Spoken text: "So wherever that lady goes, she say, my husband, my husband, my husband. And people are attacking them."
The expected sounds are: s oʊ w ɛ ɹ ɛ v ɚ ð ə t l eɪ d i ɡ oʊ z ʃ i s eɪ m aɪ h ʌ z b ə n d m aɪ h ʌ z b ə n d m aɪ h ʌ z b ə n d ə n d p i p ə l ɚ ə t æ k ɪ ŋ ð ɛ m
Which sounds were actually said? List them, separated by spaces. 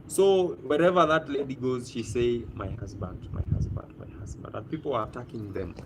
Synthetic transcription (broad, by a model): s oʊ w ɛ ɹ ɛ v ɚ ð ə t l eɪ d i ɡ oʊ z ʃ i s eɪ m aɪ h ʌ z b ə n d m aɪ h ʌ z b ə n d m aɪ h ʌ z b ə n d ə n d p i p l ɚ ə t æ k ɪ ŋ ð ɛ m